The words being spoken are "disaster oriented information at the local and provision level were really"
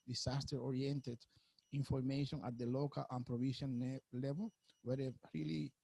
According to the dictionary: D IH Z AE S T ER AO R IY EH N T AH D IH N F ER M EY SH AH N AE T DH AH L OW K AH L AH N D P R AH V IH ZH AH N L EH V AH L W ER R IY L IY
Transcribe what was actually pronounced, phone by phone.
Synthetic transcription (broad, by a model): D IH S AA S T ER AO R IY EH N T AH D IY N F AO M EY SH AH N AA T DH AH L OW K AH L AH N P R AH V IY SH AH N L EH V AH L W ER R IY L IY